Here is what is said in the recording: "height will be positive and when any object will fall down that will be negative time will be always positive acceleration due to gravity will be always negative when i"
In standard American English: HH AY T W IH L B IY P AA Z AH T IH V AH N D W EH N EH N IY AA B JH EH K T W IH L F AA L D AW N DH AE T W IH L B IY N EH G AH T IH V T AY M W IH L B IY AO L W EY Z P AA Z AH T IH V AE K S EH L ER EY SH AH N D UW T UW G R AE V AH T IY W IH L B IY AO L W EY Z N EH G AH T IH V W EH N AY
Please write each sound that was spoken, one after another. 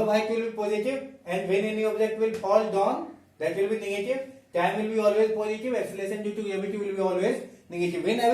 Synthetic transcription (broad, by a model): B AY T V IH L B IY P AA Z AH T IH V AH N D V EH N EH N IY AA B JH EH T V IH L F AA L D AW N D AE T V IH L B IY N EH G AH T IH V T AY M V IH L B IY AO L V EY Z P AA Z AH T IH V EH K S L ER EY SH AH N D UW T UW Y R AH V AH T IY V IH L B IY AO L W EY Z N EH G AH T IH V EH N AY